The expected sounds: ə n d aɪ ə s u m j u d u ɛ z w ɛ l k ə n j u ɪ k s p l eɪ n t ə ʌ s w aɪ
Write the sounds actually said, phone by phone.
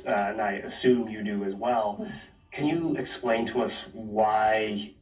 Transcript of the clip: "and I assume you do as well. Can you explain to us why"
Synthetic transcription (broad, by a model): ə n aɪ ə s u m j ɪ d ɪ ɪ z w ɛ l k ə n j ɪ ɪ k s p l eɪ n t ə ʌ s w aɪ